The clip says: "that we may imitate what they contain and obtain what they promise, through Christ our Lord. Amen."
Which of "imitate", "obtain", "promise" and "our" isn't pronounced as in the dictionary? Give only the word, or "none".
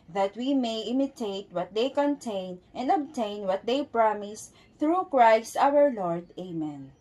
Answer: none